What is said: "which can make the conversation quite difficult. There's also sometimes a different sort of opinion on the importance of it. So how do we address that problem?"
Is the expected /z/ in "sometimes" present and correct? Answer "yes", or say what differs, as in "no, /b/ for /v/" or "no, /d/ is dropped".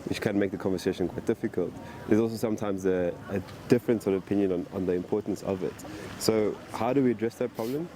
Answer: yes